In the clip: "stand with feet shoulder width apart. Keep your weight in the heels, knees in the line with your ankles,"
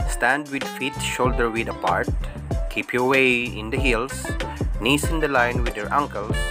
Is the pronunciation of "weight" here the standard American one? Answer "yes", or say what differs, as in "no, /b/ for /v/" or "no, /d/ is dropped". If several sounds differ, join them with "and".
no, /t/ is dropped